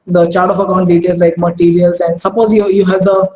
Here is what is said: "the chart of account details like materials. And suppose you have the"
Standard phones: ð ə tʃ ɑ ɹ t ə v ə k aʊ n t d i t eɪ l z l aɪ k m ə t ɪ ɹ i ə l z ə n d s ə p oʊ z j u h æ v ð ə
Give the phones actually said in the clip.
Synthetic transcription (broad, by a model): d ə tʃ ɑ ɹ t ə f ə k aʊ n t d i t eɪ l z l aɪ k m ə t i ɹ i ə l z ə n d s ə p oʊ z j u h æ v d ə